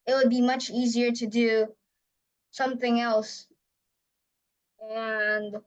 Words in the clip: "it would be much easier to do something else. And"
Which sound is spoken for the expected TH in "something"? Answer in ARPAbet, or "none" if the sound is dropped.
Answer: TH